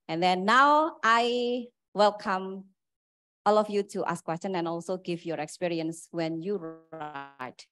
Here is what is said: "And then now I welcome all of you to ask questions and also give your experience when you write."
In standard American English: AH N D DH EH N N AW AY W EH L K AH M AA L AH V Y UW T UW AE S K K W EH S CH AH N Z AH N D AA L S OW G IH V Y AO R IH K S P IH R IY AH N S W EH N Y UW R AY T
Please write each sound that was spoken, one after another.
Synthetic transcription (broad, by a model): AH N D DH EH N N AW AY W EH L K AH M AA L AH F Y UW T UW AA S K K W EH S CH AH N AH N AA L S OW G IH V Y AO R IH K S P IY R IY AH N S W EH N Y UW R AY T